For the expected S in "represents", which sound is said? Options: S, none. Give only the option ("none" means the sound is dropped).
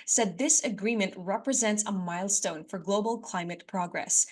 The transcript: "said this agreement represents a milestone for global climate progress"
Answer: S